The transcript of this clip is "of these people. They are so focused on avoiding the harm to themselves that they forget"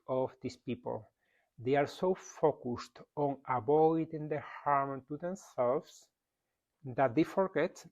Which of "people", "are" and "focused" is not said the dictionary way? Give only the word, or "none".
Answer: none